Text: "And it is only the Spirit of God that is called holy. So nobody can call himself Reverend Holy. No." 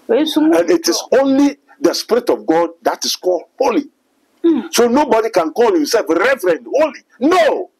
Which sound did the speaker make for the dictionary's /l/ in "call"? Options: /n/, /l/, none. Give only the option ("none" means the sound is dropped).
/l/